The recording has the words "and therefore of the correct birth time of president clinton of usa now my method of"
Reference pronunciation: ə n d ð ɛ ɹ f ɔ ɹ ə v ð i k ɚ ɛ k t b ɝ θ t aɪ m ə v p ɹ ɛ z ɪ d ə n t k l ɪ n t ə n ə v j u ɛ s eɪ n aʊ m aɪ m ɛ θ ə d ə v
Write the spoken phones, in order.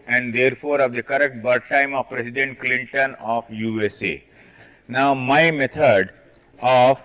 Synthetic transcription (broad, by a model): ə n d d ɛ ɹ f ɔ ɹ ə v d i k ɚ ɛ k t b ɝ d t aɪ m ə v p ɹ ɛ s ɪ d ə n t k l ɪ n t ə n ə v j u ɛ s eɪ n aʊ m aɪ m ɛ t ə d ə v